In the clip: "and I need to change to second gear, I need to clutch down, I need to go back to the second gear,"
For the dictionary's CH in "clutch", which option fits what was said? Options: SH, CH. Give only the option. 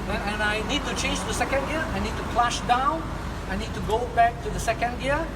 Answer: SH